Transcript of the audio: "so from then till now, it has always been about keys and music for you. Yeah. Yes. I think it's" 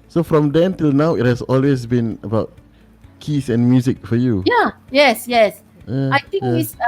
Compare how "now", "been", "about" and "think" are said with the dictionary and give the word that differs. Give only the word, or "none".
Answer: think